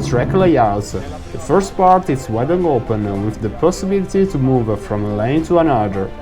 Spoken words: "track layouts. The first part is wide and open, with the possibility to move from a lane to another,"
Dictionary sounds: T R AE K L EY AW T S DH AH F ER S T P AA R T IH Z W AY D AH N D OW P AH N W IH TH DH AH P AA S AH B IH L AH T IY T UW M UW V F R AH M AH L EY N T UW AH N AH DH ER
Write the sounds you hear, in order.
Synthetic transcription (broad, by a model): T R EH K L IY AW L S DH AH F ER S T P AA R T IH S W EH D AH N OW P AH N W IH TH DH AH P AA S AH B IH L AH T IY T UW M UW V F R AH M AH L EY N T UW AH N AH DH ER